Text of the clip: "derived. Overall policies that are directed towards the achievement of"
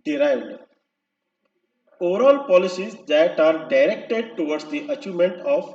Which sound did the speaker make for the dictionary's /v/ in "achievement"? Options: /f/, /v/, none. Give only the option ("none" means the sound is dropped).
none